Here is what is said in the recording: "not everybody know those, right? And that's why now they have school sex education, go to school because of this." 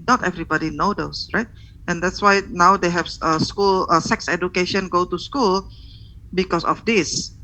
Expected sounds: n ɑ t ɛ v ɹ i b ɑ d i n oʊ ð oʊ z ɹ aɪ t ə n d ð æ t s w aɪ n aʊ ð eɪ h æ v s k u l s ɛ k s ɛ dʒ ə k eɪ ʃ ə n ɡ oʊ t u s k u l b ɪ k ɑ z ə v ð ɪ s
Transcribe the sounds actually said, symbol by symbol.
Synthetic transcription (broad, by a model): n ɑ t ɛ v ɹ i b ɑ d i n oʊ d oʊ s ɹ aɪ t ə n d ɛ t s w aɪ n aʊ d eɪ h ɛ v s k u l s ɛ k s ɛ dʒ ə k eɪ ʃ ə n ɡ oʊ t u s k u l b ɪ k ɑ s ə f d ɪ s